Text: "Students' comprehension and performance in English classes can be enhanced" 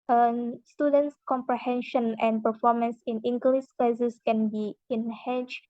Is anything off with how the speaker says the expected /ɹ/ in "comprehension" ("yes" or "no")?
no